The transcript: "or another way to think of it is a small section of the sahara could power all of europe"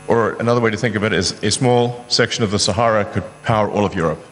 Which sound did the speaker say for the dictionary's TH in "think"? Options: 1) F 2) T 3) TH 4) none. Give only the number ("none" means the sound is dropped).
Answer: 3